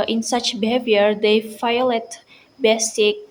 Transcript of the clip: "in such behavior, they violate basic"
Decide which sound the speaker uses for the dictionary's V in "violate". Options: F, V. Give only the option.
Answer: F